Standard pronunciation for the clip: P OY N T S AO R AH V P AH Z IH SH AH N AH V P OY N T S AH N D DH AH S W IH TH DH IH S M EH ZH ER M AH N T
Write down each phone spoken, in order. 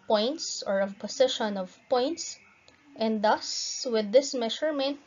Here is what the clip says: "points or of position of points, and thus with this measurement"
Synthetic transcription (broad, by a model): P OY N T S AO R AH V P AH S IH SH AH N AH V P OY N T S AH N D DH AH S W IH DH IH S M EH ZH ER M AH N T